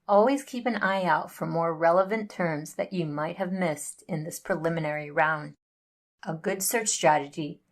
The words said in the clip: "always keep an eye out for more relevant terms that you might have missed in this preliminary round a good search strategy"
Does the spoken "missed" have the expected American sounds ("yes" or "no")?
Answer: yes